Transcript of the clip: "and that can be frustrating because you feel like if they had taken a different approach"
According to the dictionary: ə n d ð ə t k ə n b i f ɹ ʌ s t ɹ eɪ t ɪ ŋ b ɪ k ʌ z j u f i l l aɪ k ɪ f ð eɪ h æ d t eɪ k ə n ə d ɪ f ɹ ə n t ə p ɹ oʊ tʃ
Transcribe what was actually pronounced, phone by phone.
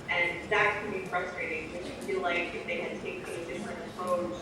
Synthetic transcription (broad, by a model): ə n ð ə t k ə n b i f ɹ ʌ s t ɹ eɪ t ɪ ŋ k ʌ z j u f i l l aɪ k ɪ f ð eɪ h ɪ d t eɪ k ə ə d ɪ f ɹ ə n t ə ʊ